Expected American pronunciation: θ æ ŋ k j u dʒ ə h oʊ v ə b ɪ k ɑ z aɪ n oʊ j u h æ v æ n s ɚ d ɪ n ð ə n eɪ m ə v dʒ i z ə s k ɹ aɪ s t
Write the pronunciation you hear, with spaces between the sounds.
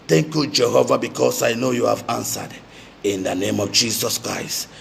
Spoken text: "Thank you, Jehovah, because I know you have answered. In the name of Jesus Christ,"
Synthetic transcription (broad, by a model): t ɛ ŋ k j u dʒ ə h oʊ v ə b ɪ k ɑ s aɪ n oʊ j u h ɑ v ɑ n s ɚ d ɪ n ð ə n eɪ m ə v dʒ i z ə s k ɹ aɪ s t